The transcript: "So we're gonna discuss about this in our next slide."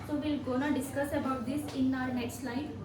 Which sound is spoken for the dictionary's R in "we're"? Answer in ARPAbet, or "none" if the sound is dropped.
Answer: L